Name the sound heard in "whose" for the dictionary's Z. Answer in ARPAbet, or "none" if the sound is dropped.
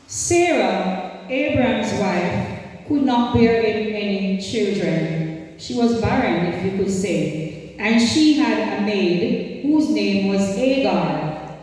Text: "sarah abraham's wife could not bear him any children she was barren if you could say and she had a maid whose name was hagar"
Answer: Z